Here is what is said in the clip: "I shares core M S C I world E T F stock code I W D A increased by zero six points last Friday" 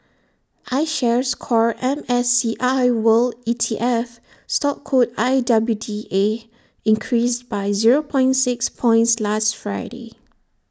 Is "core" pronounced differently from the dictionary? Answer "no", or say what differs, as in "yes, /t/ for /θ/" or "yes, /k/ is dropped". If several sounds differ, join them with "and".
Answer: no